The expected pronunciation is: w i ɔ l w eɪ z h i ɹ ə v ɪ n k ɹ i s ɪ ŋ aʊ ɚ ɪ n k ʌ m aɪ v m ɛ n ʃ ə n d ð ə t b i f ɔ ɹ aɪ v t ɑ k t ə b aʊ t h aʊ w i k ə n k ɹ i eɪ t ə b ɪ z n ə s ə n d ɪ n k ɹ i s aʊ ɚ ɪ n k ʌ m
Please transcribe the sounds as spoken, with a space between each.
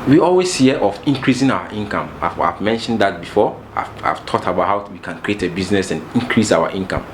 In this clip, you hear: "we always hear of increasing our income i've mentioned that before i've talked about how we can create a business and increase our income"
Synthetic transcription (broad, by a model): w i ɔ l w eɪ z h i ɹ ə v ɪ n k ɹ i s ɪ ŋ aʊ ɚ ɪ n k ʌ m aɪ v m ɛ n ʃ ə n d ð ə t b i f ɔ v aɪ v t ɑ t ə b aʊ t h aʊ w i k ə n k ɹ i eɪ t ə b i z n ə s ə n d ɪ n k ɹ i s aʊ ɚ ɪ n k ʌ m